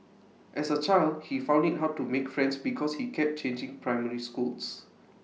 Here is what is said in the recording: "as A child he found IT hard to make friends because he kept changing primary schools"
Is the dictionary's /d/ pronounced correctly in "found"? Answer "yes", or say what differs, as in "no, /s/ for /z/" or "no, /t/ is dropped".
yes